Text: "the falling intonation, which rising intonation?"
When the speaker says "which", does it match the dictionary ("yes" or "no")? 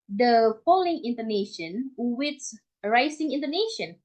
no